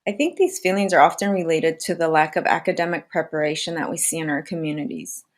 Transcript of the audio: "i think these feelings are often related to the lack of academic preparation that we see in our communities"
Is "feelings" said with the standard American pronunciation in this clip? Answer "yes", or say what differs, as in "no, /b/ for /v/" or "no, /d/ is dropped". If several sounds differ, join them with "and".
yes